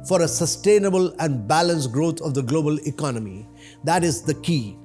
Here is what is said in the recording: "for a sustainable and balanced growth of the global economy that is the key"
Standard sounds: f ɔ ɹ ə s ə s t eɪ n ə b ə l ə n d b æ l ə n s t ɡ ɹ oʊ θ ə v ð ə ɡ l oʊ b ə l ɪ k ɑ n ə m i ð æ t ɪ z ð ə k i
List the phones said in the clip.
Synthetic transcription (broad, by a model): f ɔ ɹ ə s ə s t eɪ n ə b ə l ə n d b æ l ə n s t ɡ ɹ oʊ t ə v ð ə ɡ l oʊ b ə l ɪ k ɑ n ə m i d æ t ɪ z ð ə k i